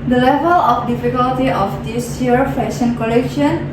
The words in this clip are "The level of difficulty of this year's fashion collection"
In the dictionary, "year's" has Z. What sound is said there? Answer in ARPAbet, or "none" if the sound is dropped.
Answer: none